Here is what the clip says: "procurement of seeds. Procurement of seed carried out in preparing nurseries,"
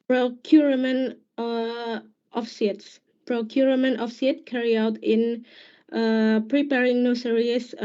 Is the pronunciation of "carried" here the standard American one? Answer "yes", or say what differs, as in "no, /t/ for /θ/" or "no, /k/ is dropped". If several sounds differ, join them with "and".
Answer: no, /d/ is dropped